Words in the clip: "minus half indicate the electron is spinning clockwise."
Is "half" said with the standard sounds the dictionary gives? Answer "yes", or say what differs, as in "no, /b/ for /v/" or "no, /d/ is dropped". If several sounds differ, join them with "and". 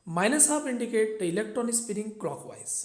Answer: no, /p/ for /f/